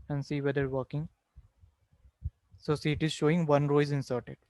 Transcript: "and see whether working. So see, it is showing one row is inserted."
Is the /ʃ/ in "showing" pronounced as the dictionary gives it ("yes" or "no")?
yes